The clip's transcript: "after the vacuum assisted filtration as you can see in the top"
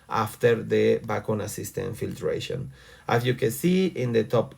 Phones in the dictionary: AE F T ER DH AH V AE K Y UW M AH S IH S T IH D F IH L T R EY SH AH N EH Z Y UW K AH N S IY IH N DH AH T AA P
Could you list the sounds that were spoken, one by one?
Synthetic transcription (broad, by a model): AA F T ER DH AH B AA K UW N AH S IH S T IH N F IH L T R EY SH AH N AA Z Y UW K AH N S IY IH N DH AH T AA P